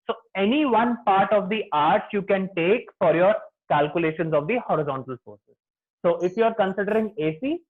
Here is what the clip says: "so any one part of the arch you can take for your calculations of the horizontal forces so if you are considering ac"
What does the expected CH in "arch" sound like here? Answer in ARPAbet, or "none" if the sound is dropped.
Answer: S